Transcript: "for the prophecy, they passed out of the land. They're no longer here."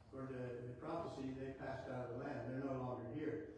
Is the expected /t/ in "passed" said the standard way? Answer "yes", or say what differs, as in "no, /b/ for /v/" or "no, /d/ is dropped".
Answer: yes